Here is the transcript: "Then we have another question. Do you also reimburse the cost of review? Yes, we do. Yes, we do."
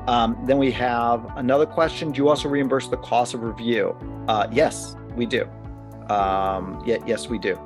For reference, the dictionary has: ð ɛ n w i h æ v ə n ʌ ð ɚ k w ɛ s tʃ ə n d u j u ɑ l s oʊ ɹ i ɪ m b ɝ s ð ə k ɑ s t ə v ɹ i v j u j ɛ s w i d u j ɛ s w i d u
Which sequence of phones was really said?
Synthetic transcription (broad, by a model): ð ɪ n w i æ v ə n ʌ ð ɚ k w ɛ s tʃ ə n d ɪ j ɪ ɑ l s oʊ ɹ i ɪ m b ɝ s ð ə k ɑ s ə v ɹ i v j u j ɛ s w i d u j ɛ s w i d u